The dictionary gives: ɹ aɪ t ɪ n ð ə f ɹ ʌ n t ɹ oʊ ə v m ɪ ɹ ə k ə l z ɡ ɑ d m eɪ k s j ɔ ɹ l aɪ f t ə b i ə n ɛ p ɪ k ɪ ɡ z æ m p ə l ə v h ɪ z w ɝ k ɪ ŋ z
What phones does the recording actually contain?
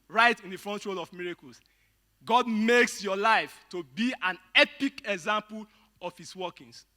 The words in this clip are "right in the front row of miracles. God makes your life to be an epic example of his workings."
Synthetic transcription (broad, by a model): ɹ aɪ t ɪ n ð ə f ɹ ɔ n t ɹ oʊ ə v m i ɹ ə k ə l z ɡ ɑ d m eɪ k s j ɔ l aɪ f t ə b i ə n ɛ p ɪ k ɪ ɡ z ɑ m p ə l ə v h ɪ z w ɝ k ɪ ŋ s